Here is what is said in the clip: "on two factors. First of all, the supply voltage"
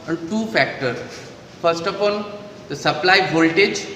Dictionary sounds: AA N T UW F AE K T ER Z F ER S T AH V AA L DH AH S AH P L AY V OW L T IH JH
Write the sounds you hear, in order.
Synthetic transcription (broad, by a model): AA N T UW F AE K T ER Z F ER S T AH P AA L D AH S AH P L AY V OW L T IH JH